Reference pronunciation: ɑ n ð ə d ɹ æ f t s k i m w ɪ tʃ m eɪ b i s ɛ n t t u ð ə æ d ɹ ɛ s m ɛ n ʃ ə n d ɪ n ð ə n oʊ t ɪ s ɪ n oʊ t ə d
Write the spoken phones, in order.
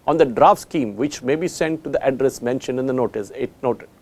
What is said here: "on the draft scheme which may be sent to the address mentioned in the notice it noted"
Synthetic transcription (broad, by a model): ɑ n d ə d ɹ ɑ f t s k i m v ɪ tʃ m eɪ b i s ɛ n t t u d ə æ d ɹ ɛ s m ɛ n ʃ ə n d ɪ n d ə n oʊ t ɪ s ɪ n oʊ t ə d